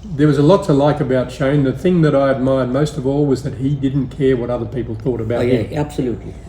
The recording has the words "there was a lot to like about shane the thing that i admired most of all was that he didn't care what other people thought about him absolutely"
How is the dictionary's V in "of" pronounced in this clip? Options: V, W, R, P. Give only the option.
V